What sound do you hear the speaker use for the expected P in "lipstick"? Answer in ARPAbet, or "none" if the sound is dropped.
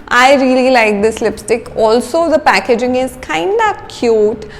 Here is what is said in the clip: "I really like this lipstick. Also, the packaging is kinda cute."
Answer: P